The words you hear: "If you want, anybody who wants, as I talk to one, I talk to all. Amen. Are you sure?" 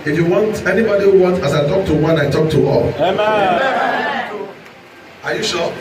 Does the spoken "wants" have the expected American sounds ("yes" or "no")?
no